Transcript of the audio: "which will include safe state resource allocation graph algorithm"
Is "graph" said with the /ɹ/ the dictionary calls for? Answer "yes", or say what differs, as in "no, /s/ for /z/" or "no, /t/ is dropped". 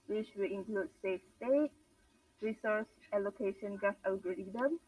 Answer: no, /ɹ/ is dropped